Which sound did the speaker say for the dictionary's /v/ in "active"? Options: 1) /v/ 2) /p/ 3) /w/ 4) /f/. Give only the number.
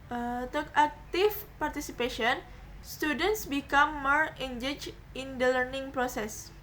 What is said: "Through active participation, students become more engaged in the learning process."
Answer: 4